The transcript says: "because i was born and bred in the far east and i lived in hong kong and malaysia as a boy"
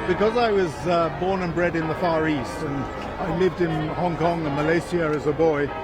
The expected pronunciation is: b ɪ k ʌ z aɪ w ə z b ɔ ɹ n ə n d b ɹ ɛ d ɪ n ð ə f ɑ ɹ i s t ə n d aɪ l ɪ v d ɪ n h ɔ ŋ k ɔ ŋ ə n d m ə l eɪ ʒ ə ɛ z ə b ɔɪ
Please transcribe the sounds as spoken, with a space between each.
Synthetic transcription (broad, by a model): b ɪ k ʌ z aɪ w ə z b ɔ ɹ n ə n b ɹ ɛ d ɪ n ð ə f ɑ ɹ i s t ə n aɪ l ɪ v d ɪ n h ɔ ŋ k ɔ ŋ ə m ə l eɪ s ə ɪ z ə b ɔɪ